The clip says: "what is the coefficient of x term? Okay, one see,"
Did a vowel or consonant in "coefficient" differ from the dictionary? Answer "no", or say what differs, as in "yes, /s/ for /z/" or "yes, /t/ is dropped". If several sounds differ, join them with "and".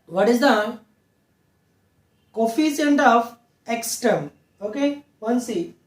yes, /s/ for /ʃ/